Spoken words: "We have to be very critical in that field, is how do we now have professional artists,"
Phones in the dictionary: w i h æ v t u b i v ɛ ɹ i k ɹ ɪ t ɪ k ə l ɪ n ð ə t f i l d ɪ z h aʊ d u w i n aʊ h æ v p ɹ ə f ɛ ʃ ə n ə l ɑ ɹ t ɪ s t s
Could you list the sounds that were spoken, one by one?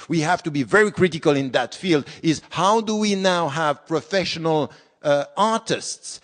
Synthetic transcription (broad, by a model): w i h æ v t u b i v ɛ ɹ i k ɹ ɪ t ɪ k ə l ɪ n ð ə t f i l d ɪ z h aʊ d u w i n aʊ h æ v p ɹ ə f ɛ ʃ ə n ə l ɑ ɹ t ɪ s t s